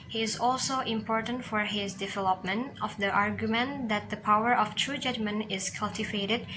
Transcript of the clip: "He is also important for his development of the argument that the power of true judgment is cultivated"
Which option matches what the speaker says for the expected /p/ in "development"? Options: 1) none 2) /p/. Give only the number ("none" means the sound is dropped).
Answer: 2